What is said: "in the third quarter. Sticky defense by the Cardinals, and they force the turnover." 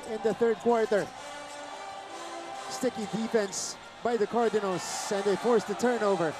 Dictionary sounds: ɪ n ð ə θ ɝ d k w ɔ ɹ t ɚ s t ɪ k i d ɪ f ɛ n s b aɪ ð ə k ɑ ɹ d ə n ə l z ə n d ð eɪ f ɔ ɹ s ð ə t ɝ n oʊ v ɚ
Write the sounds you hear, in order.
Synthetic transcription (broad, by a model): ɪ n ð ə θ ɝ d k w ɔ ɹ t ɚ s t ɪ k i d ɪ f ɛ n s b aɪ ð ə k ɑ ɹ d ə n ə l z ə n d ð eɪ f ɔ ɹ s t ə t ɝ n oʊ v ɚ